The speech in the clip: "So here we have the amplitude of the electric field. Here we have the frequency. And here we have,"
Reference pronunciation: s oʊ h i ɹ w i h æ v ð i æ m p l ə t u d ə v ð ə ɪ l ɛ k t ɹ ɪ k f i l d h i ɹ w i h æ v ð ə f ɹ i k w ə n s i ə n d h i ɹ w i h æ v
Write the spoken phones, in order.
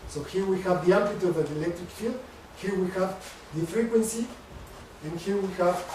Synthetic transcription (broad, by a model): s oʊ h i ɹ w i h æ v ð i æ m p ə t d ə v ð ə ɪ l ɛ k t ɹ ɪ k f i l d h i ɹ w i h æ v ð ə f ɹ i k w ə n s i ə n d h i ɹ w i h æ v